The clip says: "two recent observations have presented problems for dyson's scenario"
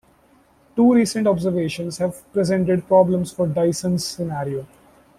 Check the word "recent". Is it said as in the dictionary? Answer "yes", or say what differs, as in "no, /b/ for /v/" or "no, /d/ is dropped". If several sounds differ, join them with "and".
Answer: yes